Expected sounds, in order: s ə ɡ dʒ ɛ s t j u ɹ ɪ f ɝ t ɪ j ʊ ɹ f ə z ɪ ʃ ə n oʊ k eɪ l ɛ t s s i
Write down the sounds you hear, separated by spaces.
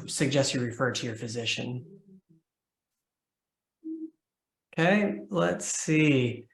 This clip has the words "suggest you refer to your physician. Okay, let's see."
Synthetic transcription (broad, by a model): s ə ɡ dʒ ɛ s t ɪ ɹ ɪ f ɝ t ɪ j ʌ ɹ f ə z ɪ ʃ ə n oʊ k eɪ l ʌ t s s i